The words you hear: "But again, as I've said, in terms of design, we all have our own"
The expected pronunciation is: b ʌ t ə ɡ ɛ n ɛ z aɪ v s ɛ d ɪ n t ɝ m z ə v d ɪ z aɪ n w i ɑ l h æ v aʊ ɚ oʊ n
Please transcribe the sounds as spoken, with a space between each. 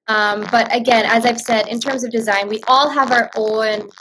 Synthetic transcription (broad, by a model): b ʌ t ə ɡ ɛ n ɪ z aɪ v s ɛ d ɪ n t ɝ m z ə v d ɪ z aɪ n w i ɑ l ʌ v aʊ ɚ oʊ n